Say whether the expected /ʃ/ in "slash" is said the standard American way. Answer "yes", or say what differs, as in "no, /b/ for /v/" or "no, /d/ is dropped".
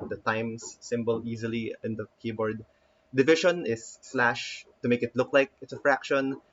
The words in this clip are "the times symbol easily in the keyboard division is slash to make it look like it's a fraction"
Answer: yes